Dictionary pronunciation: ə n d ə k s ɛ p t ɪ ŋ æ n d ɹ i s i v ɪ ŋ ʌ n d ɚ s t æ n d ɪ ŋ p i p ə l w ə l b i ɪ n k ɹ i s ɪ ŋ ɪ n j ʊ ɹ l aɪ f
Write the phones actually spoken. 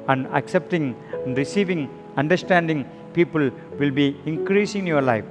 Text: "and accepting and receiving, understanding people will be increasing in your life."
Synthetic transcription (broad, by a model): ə n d ə k s ɛ p t ɪ ŋ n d ɹ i s i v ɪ ŋ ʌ n d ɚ s t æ n d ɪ ŋ p i p ə l w ə l b i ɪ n k ɹ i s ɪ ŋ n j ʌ ɹ l aɪ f